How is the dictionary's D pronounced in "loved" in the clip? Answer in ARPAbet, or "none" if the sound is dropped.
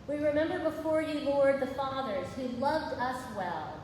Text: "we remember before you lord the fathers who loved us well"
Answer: D